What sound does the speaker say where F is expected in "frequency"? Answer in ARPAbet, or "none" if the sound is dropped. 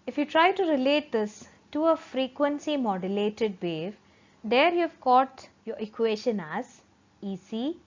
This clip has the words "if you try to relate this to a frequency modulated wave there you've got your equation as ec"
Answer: F